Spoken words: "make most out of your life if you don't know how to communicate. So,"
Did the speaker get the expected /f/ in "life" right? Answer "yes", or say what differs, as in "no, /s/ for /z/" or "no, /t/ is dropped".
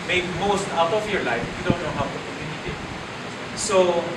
no, /f/ is dropped